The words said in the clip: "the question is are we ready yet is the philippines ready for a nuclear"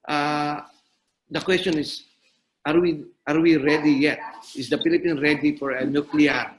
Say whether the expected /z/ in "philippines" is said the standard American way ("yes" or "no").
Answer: no